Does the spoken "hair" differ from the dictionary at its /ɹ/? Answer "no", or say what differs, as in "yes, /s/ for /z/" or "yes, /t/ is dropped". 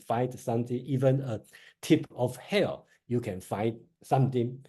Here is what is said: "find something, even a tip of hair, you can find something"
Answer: yes, /l/ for /ɹ/